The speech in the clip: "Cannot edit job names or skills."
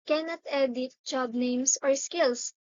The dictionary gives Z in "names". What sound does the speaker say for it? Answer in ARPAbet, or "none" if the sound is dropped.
S